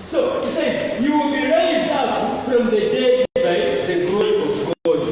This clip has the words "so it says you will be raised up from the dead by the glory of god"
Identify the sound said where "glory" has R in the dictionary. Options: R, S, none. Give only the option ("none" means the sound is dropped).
none